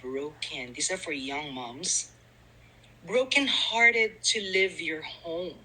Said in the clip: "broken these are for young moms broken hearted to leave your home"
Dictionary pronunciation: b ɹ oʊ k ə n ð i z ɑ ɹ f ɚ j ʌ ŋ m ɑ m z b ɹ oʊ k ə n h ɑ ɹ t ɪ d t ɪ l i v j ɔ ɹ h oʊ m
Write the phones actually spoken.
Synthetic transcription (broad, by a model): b ɹ oʊ k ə n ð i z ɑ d f ɚ j ʌ ŋ m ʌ m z b ɹ oʊ k ə n h ɑ ɹ t ɪ d t ɪ l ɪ v j ɔ ɹ h oʊ m